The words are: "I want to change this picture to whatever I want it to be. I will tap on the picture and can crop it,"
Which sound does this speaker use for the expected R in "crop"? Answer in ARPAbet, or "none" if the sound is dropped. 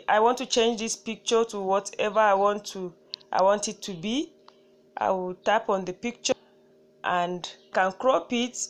R